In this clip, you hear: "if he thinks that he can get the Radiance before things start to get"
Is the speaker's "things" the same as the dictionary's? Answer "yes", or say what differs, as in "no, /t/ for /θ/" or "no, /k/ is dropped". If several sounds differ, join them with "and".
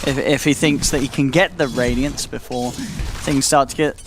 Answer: yes